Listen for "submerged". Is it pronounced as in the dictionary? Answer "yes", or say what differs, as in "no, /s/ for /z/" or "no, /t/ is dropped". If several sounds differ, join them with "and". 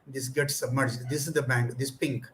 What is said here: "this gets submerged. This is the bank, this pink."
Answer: yes